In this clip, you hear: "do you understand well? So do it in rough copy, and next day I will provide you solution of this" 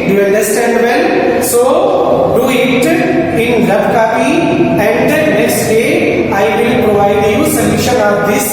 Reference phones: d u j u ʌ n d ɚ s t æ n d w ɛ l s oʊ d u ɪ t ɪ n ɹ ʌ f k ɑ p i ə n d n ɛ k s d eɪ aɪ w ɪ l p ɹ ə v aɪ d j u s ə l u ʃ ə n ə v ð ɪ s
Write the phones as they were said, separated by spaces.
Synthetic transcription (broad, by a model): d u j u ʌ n d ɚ s t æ n d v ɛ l s oʊ d u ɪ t ɪ n l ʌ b k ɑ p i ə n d l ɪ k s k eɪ aɪ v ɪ l p ɹ ə v aɪ d j u s ə l u ʃ ə n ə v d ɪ s